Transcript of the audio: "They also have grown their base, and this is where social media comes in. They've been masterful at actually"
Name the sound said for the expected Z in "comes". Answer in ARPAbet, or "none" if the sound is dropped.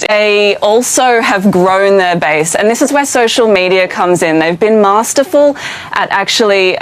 Z